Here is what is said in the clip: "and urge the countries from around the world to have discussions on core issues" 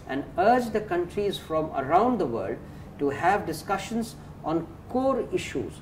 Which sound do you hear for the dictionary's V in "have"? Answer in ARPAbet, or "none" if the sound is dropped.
V